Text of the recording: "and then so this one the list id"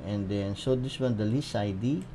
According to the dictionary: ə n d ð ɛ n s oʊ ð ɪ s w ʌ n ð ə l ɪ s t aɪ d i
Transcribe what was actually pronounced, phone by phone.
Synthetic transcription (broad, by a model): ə n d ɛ n s oʊ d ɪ s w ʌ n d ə l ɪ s aɪ d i